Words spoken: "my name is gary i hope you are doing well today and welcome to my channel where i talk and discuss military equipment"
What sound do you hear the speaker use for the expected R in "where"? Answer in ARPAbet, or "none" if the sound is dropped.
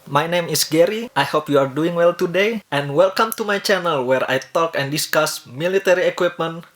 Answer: R